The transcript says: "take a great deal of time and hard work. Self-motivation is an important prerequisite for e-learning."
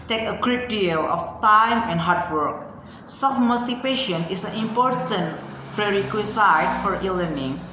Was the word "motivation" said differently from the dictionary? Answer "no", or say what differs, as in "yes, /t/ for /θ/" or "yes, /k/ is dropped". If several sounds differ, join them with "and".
yes, /p/ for /v/